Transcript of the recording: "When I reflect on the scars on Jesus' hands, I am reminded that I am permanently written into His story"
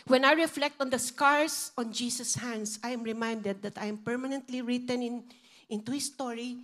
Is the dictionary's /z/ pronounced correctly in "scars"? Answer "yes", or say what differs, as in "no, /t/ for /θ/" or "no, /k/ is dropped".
no, /s/ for /z/